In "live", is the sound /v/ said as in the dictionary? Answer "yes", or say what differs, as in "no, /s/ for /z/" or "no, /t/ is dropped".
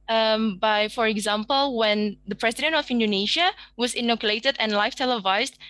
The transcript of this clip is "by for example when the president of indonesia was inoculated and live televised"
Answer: no, /f/ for /v/